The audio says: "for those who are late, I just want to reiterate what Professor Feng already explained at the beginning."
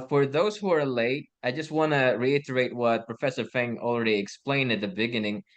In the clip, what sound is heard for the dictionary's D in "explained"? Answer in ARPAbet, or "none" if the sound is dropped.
D